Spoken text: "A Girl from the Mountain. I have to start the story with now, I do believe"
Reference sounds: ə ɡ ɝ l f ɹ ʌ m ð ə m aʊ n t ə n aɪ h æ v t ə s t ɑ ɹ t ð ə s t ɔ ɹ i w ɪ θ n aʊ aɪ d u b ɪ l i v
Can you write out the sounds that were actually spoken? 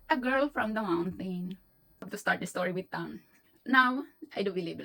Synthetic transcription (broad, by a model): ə ɡ ɝ l f ɹ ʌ m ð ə m aʊ n t ə n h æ b t ə s t ɑ ɹ t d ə s t ɔ ɹ i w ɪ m n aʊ aɪ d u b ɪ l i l